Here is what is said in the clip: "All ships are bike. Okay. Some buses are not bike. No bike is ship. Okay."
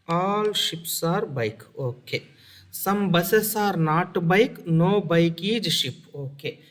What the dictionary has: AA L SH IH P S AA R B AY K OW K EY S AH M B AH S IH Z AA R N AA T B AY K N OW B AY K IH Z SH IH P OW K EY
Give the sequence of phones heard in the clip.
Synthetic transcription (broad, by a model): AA L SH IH P S AA R B AY K OW K EY S AH M B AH S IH S AA R N AA T B AY K N OW B AY K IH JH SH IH P OW K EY